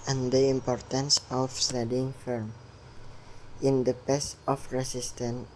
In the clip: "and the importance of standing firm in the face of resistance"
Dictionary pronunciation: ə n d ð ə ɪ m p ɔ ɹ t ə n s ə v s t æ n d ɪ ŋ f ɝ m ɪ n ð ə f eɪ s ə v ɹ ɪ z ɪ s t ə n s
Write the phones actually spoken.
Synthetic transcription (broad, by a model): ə n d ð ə ɪ m p ɔ ɹ t ə n s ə f s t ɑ d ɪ ŋ f ɝ m ɪ n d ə p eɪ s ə f ɹ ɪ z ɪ s t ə n